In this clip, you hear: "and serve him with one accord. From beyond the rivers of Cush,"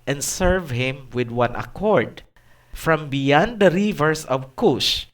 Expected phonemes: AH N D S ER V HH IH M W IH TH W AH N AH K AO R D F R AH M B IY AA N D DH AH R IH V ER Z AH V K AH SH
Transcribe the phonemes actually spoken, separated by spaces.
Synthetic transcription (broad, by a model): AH N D S ER V HH IH M W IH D W AH N AH K AO R D F R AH M B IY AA N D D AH R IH V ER S AH V K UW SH